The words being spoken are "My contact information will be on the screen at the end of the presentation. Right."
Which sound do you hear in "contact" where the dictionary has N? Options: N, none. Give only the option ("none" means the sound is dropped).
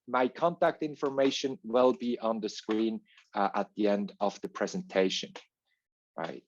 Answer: N